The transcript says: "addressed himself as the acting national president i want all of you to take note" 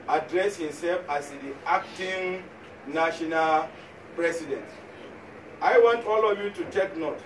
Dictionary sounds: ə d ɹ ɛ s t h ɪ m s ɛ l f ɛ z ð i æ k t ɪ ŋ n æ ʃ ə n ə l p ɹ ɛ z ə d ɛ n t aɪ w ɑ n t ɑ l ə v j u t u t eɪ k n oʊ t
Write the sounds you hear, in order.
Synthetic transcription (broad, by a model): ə d ɹ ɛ s h ɪ m s ɛ l f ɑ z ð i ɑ k t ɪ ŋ n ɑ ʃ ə n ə l p ɹ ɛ s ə d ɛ n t aɪ w ɑ n t ɑ l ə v j u t u t eɪ k n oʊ t